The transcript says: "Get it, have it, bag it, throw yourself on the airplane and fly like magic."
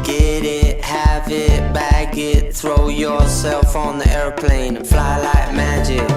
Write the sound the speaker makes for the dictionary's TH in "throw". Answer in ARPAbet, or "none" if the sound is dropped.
TH